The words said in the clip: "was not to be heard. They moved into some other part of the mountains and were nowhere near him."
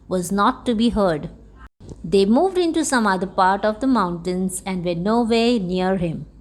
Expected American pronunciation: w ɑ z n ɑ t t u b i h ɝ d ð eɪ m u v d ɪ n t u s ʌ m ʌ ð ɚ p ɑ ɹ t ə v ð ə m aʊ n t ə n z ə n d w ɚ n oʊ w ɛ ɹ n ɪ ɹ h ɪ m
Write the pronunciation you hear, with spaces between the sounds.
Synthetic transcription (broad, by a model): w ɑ z n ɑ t t u b i h ɝ d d eɪ m u v d ɪ n t u s ʌ m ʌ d ɚ p ɑ ɹ t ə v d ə m aʊ n t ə n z ə n d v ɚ n oʊ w ɛ n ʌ ɹ h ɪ m